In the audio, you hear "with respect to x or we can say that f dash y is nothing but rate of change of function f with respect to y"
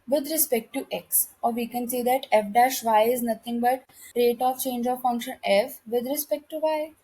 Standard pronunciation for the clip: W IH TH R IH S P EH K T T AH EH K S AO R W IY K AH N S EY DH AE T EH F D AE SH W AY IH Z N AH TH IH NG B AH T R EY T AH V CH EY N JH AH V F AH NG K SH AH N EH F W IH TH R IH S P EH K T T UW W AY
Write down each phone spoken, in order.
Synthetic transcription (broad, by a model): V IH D R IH S P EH K T T AH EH K S AO R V IY K AH N S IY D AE T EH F D AE SH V AY IH Z N AH T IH NG B AH T R EY T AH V CH EY N JH AH V F AH NG K SH AH N EH F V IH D R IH S P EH K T T UW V AY